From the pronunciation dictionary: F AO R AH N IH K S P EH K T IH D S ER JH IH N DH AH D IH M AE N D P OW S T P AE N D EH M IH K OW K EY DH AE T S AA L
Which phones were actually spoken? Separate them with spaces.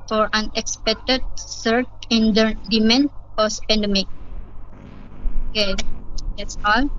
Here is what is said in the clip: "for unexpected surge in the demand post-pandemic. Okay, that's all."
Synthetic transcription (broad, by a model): F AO R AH N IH K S P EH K T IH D S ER CH IH N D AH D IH M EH N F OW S P AE N D EH M IH K OW K EY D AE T S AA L